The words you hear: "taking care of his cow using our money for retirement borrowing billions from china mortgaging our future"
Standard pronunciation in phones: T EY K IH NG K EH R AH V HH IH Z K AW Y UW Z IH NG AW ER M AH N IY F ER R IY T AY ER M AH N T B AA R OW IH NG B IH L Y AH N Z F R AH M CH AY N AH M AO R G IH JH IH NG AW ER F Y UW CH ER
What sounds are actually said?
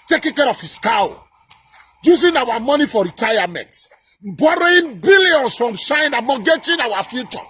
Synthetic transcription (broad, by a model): T EY K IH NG K EH R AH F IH S K AW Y UW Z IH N AW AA M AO N IY F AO R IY T AY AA M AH N T B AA R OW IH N B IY L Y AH N S F R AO M SH AY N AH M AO G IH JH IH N AW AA F Y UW CH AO